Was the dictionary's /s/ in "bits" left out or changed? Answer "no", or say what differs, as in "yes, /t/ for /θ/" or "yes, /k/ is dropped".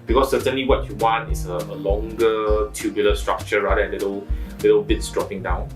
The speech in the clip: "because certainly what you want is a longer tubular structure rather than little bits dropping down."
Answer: no